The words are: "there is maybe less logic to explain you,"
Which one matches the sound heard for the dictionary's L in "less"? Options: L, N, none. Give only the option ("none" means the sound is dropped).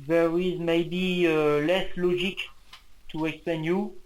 L